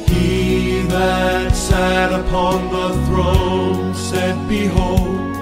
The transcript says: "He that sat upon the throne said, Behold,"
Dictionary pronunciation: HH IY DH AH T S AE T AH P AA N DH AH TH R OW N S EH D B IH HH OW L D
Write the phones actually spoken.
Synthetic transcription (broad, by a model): HH IY DH AH T S AE T AH P AA N DH AH TH R OW N S EH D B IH HH OW L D